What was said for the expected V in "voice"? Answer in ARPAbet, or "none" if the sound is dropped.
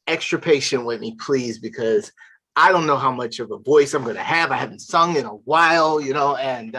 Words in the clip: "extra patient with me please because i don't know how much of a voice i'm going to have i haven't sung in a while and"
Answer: V